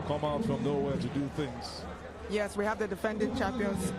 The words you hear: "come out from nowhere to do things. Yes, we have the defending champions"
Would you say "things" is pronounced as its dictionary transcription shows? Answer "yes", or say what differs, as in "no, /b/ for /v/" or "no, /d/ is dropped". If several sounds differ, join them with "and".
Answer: yes